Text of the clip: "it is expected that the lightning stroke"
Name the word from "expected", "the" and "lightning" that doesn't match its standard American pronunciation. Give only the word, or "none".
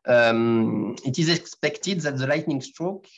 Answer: none